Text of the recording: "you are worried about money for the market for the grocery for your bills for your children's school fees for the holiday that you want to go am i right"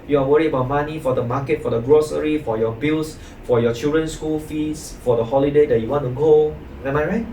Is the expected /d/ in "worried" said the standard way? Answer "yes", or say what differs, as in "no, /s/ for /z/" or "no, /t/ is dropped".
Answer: no, /d/ is dropped